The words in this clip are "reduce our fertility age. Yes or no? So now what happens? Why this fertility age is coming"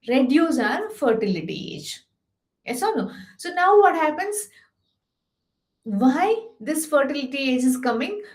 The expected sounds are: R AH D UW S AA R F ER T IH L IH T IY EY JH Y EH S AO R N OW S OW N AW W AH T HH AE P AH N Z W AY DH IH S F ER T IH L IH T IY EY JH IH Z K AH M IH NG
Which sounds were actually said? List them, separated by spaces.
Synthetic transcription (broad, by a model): R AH D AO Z AA R F ER T IH L IH T IY EY JH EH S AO L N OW S OW N AW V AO T HH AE P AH N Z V AY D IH S F ER T IH L IH T IY EY JH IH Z K AH M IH NG